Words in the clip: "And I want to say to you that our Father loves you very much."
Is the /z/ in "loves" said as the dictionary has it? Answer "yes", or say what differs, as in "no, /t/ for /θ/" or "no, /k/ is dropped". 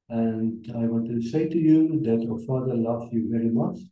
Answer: no, /z/ is dropped